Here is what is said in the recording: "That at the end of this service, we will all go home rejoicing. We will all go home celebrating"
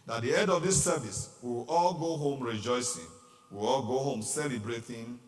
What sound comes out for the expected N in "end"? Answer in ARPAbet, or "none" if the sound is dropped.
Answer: none